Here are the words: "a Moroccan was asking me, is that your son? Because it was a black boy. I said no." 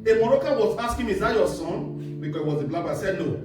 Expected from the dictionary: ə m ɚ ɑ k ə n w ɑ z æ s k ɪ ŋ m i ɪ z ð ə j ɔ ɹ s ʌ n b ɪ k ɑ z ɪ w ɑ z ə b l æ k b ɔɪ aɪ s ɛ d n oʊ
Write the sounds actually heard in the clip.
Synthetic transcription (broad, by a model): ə m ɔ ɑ k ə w ɑ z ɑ s k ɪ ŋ m i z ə j ɔ s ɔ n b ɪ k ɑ ɪ w ɑ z ə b l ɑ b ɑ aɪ s ɛ d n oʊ